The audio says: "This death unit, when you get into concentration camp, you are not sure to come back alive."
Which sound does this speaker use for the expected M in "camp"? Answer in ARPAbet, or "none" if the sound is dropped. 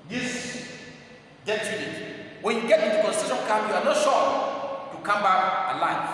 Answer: none